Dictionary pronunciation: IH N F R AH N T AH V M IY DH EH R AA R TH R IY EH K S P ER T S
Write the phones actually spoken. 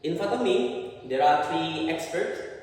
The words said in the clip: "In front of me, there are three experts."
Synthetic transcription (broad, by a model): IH N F AH T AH M IY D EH R AA R T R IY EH K S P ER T S